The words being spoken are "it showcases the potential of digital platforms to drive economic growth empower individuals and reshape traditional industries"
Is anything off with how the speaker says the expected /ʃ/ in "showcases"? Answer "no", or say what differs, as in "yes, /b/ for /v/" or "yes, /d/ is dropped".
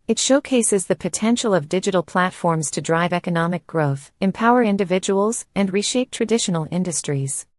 no